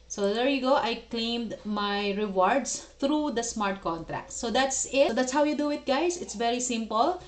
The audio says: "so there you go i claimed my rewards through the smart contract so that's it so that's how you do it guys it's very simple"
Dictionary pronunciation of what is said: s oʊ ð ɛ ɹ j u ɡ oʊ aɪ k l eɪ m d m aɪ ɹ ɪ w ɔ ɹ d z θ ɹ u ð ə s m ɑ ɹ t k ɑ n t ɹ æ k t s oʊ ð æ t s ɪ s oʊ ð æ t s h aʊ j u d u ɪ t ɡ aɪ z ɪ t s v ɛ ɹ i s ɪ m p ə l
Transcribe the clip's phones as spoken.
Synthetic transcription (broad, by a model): s oʊ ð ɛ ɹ j u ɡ oʊ aɪ k l eɪ m d m aɪ ɹ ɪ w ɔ ɹ d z t ɹ u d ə s m ɑ ɹ t k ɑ n t ɹ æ k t s oʊ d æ t s ɪ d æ t s h aʊ j u d u ɪ t ɡ aɪ z ɪ t s v ɛ ɹ i s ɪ m p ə l